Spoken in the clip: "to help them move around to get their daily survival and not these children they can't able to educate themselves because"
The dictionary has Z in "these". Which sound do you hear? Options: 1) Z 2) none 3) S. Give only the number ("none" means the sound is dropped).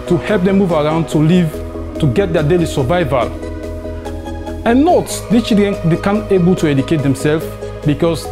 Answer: 3